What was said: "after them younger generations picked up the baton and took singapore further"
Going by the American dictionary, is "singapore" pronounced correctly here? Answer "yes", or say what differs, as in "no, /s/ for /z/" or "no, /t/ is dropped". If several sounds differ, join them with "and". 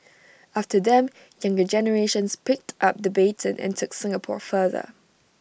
yes